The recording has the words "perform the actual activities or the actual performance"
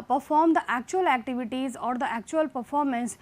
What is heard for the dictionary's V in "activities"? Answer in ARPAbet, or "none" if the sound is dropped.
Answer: V